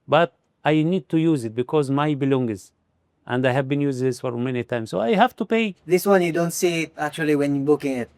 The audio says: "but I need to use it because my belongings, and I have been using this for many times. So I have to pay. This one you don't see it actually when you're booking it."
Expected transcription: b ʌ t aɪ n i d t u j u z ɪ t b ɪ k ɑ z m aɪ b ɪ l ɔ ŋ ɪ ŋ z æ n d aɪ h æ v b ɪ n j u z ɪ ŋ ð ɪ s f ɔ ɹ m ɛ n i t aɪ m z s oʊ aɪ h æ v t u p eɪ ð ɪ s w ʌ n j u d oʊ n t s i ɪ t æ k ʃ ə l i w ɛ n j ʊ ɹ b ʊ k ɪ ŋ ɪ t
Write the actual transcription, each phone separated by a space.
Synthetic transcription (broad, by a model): b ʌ t aɪ n i d t u j u z ɪ t b ɪ k ɑ z m aɪ b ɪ l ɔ ŋ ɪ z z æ n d aɪ h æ v b ɪ n j u z ɪ ŋ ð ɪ s f ɔ ɹ m ɛ n i t aɪ m s oʊ aɪ h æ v t u p eɪ ð ɪ s w ʌ n j u d oʊ n t s i ɪ t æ k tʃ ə l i w ɛ n j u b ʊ k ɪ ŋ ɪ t